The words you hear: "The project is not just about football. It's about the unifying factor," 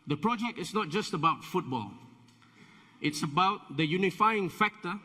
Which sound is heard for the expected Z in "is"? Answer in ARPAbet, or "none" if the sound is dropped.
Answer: S